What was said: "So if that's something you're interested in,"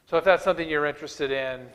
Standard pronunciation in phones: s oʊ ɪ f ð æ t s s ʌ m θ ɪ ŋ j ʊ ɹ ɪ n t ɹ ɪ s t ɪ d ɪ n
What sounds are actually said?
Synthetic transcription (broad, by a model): s oʊ ɪ f ð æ t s s ʌ m θ ɪ ŋ j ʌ ɹ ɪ n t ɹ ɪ s t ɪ d ɪ n